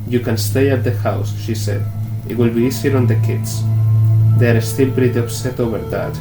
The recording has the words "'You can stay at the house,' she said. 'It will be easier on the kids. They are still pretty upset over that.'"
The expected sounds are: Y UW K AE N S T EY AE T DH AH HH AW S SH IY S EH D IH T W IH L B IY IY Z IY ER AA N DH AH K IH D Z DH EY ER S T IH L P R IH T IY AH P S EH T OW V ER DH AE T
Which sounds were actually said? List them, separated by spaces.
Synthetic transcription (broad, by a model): Y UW K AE N S T EY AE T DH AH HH AW S SH IY S EH D IH T W IH L B IY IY S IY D AA N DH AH K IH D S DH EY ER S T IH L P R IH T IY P S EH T OW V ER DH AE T